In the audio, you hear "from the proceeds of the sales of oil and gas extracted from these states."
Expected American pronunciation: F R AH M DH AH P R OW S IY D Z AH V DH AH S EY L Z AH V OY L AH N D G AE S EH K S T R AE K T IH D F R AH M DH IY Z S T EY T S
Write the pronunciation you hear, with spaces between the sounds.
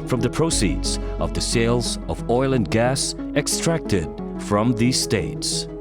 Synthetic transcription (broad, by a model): F R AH M DH AH P R OW S IY D Z AH V DH AH S EY L Z AH V OY L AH N G AE S EH K S T R AE K T IH D F R AH M DH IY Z S T EY T S